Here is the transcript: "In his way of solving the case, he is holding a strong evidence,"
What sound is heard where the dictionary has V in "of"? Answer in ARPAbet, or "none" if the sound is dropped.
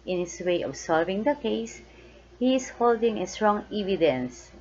B